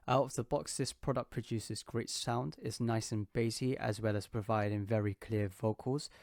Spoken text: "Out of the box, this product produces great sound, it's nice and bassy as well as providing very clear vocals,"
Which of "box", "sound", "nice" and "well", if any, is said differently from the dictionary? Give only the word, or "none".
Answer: none